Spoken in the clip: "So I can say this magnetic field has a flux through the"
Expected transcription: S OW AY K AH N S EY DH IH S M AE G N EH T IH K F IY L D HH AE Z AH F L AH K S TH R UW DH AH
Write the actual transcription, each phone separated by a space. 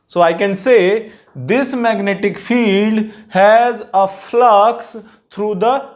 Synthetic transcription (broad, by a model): S OW AY K AH N S EY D IH S M AE G N EH T IH K F IY L D HH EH Z AH F L AH K S T R UW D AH